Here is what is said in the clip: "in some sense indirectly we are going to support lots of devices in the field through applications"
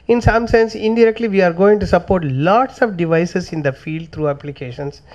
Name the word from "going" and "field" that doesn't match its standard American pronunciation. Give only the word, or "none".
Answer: none